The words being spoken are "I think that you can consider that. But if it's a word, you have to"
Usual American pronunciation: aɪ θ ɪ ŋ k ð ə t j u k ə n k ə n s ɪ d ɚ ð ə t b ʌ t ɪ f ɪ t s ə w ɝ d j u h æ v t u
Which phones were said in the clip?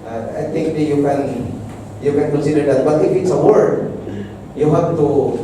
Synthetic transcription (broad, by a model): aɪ t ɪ ŋ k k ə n j u k ə n k ə n s ɪ d ɚ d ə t b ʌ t ɪ f ɪ t s ə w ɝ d j u h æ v t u